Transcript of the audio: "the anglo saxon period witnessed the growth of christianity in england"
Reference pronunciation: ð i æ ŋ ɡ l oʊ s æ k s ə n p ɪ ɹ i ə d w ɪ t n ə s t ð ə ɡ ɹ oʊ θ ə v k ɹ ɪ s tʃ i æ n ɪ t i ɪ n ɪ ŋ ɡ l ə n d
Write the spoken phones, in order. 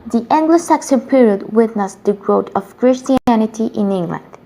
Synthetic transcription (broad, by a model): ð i æ ŋ ɡ l oʊ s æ k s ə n p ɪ ɹ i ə d w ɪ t n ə s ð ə ɡ ɹ oʊ t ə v k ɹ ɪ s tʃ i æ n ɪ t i ɪ n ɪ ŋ ɡ l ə n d